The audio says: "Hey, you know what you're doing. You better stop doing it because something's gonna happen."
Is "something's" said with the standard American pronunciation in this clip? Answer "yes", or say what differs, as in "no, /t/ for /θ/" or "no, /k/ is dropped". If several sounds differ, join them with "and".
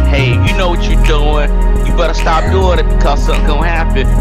no, /z/ is dropped